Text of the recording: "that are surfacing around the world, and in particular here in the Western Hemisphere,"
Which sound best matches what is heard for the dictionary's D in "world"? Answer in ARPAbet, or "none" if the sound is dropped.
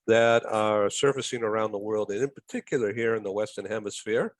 D